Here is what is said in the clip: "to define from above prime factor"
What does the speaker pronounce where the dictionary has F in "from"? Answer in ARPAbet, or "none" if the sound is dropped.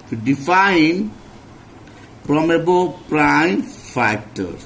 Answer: P